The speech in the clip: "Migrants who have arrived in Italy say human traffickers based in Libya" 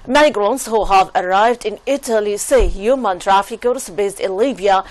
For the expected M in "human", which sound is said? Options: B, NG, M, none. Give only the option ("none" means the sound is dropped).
M